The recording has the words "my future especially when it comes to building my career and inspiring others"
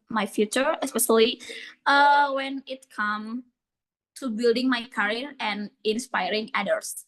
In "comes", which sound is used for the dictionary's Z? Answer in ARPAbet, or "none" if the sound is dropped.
none